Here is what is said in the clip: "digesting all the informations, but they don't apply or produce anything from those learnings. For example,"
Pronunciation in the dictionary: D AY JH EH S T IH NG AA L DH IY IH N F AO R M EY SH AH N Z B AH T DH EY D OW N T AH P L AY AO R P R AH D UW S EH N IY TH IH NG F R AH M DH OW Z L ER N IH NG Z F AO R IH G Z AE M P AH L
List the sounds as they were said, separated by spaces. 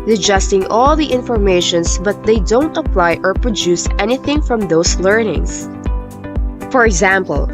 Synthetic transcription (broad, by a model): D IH JH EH S T IH NG AA L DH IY IH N F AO R M EY SH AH N S B AH T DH EY D OW N T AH P L AY AO R P R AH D UW S EH N IY TH IH NG F R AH M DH OW S L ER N IH NG S F AO R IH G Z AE M P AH L